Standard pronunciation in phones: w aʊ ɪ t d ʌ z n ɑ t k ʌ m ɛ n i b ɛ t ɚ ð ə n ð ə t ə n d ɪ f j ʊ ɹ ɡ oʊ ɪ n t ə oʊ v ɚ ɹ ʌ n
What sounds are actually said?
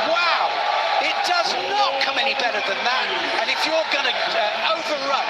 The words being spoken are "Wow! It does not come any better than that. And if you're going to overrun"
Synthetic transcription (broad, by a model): w aʊ ɪ t d ʌ z n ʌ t k ʌ m ɛ n i b ɛ t ɚ ð ə n ð ə t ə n ɪ f j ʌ ɹ ɡ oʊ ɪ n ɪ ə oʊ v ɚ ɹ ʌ